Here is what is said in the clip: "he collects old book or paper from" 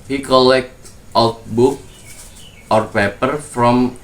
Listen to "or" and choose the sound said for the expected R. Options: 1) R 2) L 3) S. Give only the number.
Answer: 1